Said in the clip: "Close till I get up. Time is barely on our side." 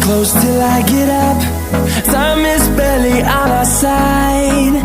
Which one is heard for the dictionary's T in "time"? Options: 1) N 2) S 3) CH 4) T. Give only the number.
2